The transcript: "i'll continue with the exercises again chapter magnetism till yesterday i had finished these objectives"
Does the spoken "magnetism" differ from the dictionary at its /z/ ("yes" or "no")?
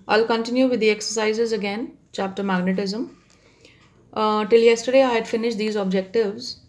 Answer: no